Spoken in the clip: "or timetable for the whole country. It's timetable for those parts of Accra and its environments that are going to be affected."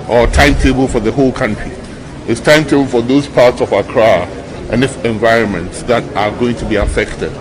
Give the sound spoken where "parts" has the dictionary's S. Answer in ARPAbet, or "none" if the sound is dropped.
S